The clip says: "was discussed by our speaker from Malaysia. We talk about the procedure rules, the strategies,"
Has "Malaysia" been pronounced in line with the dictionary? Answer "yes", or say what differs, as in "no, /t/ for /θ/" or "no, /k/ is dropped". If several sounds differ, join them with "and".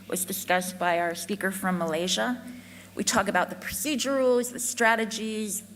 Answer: yes